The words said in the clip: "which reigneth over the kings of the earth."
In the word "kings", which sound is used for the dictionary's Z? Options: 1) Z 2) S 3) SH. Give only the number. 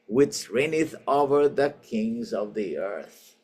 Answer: 1